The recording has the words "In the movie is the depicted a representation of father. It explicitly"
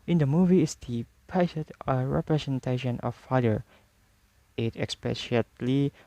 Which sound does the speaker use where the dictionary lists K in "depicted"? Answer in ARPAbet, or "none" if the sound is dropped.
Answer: none